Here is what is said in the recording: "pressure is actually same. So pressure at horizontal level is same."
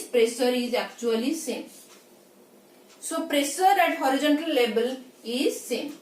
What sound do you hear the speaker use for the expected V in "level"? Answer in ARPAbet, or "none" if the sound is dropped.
B